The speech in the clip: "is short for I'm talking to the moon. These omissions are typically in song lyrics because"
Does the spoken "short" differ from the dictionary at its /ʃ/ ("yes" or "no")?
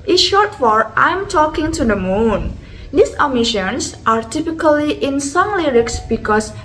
no